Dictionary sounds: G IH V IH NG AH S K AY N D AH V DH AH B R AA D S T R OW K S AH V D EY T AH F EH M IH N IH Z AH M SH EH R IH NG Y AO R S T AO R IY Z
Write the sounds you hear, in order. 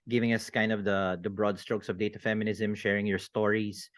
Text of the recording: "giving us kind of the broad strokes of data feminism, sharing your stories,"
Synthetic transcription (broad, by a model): G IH V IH NG AH S K AY N D AH V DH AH B R AA D S T R OW K S AH V D EY T AH F EH M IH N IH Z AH M SH EH R IH NG Y AO R S T AO R IY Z